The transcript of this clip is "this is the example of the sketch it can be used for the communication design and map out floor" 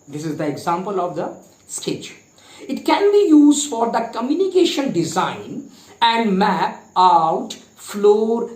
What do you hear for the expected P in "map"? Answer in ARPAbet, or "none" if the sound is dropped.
P